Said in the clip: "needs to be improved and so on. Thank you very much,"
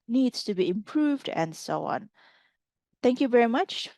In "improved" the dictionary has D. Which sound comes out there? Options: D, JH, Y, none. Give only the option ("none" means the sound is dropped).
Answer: D